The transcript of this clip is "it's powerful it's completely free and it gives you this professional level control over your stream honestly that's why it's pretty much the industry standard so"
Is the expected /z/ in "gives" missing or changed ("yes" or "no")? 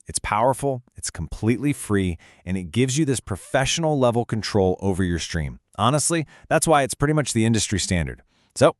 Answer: no